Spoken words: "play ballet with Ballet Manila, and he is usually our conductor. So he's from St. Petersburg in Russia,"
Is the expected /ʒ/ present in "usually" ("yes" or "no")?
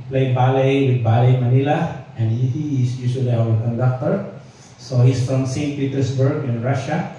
no